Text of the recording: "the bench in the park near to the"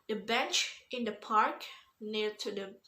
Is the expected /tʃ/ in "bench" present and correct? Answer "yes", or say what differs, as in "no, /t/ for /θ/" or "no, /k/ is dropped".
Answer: yes